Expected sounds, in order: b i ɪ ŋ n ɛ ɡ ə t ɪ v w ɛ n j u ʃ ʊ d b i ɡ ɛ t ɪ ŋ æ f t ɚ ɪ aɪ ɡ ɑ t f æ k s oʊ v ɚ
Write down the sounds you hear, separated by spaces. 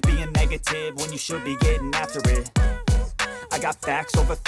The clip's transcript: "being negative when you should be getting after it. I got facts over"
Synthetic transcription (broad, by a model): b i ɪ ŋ n ɛ ɡ ə t ɪ v w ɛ n j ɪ ʃ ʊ d b i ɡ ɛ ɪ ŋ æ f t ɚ ɪ aɪ ɡ ɑ t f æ k s oʊ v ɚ